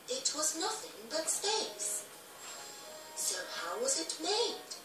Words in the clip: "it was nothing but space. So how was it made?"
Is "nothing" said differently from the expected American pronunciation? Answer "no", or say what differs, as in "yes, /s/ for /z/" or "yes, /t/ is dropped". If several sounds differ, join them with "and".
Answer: no